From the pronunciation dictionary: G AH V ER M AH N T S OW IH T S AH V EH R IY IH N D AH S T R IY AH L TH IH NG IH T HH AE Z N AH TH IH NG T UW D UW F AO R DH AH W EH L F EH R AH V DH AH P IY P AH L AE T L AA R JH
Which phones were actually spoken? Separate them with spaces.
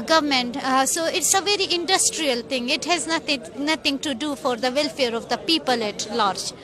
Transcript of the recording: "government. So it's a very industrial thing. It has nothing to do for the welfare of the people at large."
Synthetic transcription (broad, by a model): G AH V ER M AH N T S OW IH T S AH V EH R IY IH N D AH S T R IY AH L T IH NG IH T HH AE Z N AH T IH NG T UW D UW F AO R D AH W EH L F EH R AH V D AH P IY P AH L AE T L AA R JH